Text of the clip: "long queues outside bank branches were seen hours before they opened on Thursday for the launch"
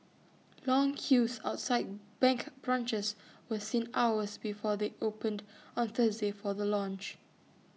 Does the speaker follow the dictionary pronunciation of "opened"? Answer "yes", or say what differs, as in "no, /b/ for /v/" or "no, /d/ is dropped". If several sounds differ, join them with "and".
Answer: yes